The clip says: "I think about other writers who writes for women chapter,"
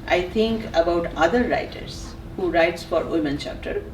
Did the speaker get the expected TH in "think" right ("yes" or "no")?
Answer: no